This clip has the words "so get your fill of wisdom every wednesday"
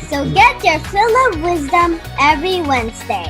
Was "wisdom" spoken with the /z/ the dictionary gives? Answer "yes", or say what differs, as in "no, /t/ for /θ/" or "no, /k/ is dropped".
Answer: yes